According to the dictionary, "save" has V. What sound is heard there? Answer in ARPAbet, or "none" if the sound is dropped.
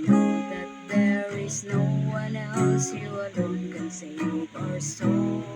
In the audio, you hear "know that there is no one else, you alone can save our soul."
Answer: P